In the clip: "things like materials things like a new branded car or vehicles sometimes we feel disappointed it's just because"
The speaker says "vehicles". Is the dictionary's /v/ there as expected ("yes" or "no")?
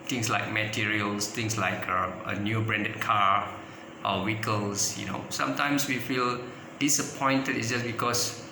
no